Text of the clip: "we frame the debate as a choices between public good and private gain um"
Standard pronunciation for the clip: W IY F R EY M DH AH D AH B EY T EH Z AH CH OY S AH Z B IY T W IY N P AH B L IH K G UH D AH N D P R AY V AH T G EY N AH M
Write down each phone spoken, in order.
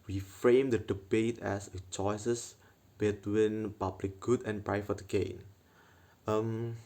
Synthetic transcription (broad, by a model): W IY F R EY M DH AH D AH B EY T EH S AH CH OY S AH S B IY T W IY N P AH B L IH K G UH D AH N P R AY F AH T G EY N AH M